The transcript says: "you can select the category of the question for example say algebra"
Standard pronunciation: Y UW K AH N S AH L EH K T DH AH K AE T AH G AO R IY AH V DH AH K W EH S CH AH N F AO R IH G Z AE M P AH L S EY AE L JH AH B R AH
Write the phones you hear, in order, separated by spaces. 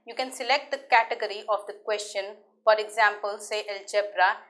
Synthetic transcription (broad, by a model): Y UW K AH N S AH L EH K T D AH K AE T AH G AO R IY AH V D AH K W EH S CH AH N F AO R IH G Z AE M P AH L S EY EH L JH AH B R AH